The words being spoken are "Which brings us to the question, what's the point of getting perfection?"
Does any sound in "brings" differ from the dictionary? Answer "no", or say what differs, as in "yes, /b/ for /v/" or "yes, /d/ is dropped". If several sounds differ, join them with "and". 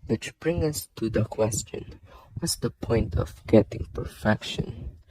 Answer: yes, /z/ is dropped